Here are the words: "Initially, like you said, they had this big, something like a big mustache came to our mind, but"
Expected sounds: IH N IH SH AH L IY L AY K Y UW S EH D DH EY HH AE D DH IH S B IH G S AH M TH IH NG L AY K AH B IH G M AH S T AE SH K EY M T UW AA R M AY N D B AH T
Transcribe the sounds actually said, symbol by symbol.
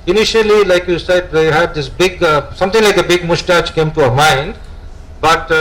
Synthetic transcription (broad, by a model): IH N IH SH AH L IY L AY K Y UW S EH D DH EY HH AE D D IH S B IH G S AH M T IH NG L AY K AH B IH G M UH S T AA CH K EY M T UW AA M AY N D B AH T